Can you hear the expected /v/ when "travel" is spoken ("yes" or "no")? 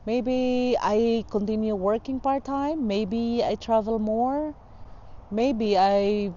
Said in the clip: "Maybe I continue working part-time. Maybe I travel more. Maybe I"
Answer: yes